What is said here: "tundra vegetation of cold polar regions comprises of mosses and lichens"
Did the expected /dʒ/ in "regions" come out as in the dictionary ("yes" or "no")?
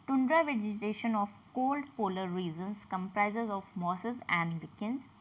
no